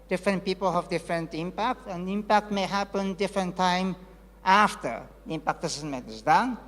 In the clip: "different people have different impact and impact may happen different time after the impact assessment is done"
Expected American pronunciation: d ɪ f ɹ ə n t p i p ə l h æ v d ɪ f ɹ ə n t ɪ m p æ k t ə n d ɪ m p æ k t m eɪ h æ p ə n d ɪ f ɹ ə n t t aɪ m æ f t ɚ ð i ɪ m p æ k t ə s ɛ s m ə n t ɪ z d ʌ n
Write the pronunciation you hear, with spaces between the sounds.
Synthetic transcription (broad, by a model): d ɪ f ɹ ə n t p i p ə l h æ v d ɪ f ɹ ə n t ɪ m p æ k t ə n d ɪ m p æ k t m eɪ h æ p ə n d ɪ f ɹ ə n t t aɪ m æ f t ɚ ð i ɪ m p æ k t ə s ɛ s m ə t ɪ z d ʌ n